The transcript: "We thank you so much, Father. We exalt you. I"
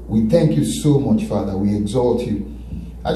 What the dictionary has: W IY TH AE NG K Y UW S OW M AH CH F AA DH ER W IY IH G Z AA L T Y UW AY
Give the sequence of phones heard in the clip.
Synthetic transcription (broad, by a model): W IY TH AE NG K Y UW S OW M AH CH F AA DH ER W IY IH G Z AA L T Y UW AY